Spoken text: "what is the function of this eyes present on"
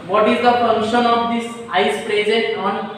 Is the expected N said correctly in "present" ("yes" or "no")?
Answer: no